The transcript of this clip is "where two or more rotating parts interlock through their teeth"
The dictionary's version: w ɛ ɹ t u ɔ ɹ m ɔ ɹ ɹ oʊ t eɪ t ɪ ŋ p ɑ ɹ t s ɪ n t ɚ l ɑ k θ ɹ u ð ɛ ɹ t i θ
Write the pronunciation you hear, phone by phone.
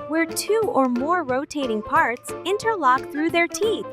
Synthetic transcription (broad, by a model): w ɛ ɹ t u ɔ ɹ m ɔ ɹ ɹ oʊ t eɪ t ɪ ŋ p ɑ ɹ t s ɪ n t ɚ l ɑ k θ ɹ u ð ɛ ɹ t i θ